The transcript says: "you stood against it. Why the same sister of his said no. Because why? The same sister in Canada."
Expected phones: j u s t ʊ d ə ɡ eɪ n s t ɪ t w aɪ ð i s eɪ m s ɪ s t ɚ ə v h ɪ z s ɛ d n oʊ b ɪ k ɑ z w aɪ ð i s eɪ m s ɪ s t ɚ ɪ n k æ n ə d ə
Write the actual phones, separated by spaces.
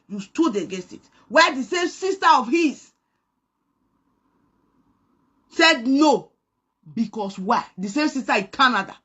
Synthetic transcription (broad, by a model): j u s t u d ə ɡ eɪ s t ɪ t w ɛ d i s eɪ m s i s t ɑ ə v h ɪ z s ɛ d n oʊ b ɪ k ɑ s w aɪ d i s eɪ m s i s t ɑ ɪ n k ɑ n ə d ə